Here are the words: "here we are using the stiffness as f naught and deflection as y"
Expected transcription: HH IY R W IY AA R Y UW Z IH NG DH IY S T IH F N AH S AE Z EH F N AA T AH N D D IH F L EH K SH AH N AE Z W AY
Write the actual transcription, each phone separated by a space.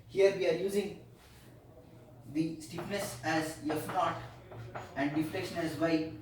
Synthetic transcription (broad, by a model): HH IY R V IY AA R Y UW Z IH NG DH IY S T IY P N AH S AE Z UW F N AA T AH N D D IH F L EH K SH AH N AE Z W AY